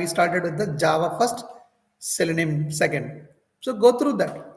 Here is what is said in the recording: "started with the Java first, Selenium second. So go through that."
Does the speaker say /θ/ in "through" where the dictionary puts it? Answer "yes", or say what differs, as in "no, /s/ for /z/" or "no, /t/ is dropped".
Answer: no, /t/ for /θ/